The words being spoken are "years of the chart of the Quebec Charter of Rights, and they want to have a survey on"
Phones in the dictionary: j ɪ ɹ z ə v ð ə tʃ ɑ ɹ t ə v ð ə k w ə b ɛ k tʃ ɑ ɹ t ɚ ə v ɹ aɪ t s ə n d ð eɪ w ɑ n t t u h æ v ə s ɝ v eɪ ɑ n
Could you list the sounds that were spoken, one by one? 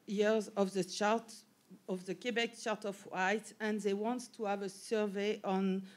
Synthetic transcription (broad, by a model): j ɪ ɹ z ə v ð ə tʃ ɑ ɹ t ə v ð ə k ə b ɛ k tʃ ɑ ɹ t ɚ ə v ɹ aɪ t ə n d ð eɪ w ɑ n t t u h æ v ə s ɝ v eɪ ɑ n